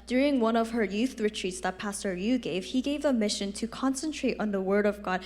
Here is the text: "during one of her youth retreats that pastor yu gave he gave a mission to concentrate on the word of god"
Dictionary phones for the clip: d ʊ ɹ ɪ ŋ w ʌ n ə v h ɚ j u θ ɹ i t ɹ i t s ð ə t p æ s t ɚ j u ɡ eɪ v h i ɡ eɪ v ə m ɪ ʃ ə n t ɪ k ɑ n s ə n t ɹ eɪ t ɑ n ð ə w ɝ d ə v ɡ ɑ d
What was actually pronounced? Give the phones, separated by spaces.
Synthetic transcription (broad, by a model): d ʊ ɹ ɪ ŋ w ʌ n ə v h ɚ j u θ ɹ i t ɹ i t s ð ə t p æ s t ɚ j u ɡ eɪ v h i ɡ eɪ v ə m ɪ ʃ ə n t ɪ k ɑ n s ə n t ɹ eɪ t n ð ə w ɝ d ə v ɡ ɑ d